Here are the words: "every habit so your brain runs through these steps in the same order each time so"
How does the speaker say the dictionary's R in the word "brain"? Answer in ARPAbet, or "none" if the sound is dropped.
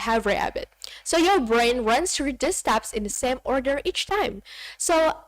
R